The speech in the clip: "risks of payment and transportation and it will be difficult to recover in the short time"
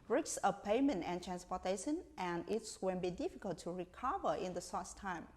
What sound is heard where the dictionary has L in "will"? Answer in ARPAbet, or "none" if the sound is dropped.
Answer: N